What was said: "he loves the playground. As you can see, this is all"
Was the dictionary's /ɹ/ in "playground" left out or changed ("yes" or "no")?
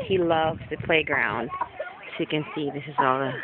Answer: no